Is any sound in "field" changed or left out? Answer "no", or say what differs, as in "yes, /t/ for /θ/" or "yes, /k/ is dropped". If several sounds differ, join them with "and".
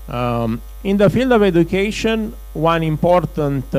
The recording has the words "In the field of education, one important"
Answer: no